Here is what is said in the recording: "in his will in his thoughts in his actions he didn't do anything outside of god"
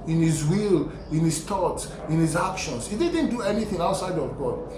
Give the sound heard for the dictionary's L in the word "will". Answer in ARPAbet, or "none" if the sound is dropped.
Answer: L